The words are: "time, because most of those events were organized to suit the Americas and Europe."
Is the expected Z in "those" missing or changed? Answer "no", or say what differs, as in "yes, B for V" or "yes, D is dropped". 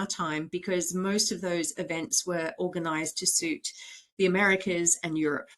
no